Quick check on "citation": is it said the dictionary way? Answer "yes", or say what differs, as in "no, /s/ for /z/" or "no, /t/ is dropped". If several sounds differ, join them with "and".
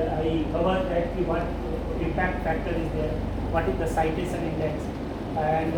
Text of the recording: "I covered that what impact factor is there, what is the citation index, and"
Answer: no, /s/ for /ʃ/